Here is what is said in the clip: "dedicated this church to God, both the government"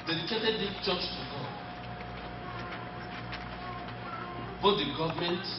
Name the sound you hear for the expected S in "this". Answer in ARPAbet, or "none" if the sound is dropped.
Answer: none